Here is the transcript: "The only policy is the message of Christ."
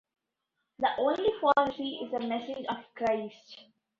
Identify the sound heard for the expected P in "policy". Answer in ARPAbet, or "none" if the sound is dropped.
F